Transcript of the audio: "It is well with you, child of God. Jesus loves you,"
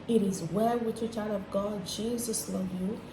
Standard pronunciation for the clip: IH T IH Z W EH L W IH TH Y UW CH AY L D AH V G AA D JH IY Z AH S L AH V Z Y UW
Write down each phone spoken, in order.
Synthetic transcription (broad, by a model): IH T IH Z W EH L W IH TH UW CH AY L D AH V G AA D JH IY Z AH S L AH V Y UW